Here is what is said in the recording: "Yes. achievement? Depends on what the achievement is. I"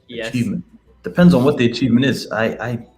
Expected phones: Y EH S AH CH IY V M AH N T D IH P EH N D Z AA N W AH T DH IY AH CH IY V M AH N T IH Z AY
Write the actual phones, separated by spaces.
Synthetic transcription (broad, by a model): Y AH CH IY V M AH N T D IH P EH N D Z N W AH T DH IY AH CH IY V M AH N T IH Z AY